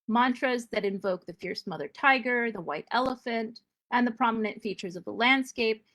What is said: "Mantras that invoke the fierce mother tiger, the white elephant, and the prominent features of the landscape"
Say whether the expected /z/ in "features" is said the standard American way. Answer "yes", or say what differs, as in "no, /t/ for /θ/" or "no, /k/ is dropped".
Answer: yes